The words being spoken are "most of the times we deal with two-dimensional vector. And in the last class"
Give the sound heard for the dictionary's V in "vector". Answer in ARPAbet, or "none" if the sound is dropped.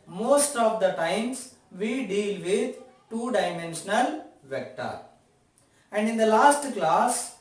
V